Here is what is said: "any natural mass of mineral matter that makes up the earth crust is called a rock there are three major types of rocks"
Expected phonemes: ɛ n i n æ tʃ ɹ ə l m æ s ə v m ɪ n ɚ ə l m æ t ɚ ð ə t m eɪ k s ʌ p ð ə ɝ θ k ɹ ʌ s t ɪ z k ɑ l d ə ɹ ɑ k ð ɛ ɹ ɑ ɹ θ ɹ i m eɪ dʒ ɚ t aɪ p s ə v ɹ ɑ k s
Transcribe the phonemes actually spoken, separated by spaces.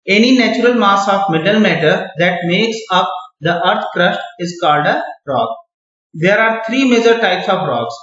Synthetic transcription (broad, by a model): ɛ n i n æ tʃ ɹ ə l m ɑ s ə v m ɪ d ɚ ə l m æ t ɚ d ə t m eɪ k s ʌ p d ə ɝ t k ɹ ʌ ʃ t ɪ z k ɑ l d ə ɹ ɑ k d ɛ ɹ ɑ ɹ t ɹ i m eɪ dʒ ɚ t aɪ p s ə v ɹ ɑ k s